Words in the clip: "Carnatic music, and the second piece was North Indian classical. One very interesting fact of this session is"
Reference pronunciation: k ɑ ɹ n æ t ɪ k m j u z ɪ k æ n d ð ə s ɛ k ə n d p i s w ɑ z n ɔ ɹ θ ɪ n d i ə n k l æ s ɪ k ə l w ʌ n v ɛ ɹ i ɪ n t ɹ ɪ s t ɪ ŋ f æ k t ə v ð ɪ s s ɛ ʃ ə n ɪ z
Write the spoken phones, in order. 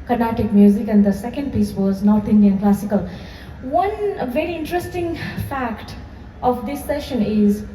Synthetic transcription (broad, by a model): k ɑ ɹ n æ t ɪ k m j u z ɪ k æ n d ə s ɛ k ə n d p i s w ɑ z n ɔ ɹ t ɪ n d i ə n k l æ s ɪ k ə l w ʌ n v ɛ ɹ i ɪ n t ɹ ɪ s t ɪ ŋ f æ k t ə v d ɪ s s ɛ ʃ ə n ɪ z